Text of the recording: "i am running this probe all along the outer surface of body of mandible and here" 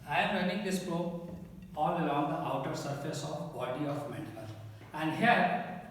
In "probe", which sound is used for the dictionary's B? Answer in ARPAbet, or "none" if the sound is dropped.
none